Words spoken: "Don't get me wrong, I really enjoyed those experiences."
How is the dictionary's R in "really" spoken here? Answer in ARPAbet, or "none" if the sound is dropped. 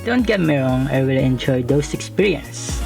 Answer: W